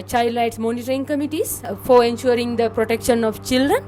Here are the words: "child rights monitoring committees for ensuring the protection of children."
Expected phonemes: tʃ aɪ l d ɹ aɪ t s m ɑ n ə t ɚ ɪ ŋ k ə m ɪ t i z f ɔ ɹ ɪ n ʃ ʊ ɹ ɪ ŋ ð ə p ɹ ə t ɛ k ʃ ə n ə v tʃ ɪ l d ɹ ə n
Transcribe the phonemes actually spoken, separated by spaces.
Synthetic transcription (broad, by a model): tʃ aɪ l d l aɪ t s m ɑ n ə t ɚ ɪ ŋ k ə m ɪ t i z f ɔ ɹ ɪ n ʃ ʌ ɹ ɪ ŋ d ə p ɹ ə t ɛ k ʃ ə n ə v tʃ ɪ l d ɹ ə n